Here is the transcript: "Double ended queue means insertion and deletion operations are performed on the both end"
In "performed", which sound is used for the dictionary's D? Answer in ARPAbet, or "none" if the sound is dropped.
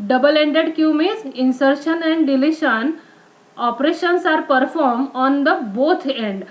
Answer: none